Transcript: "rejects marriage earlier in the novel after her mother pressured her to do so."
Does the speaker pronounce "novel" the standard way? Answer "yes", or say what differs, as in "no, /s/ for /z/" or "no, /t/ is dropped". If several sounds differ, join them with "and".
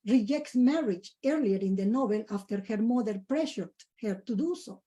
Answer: no, /b/ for /v/